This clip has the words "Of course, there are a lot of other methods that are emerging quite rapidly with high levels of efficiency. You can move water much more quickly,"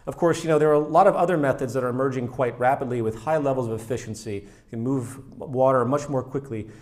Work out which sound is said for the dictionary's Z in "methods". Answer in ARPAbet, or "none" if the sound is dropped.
Z